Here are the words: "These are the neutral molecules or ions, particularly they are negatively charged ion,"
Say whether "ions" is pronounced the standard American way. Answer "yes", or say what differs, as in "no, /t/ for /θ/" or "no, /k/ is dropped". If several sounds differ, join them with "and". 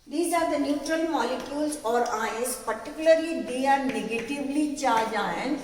no, /n/ is dropped